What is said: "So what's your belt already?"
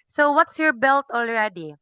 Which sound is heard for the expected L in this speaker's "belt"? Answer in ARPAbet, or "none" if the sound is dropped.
L